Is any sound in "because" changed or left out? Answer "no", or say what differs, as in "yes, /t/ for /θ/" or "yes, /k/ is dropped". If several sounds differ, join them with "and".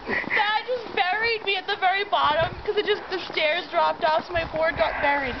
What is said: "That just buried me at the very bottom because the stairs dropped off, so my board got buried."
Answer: yes, /s/ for /z/